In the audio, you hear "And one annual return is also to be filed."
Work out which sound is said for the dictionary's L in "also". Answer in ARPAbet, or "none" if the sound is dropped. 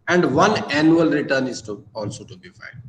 L